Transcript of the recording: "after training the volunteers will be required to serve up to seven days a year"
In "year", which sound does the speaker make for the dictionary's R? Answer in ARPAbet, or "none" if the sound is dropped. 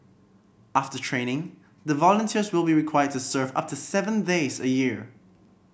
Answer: R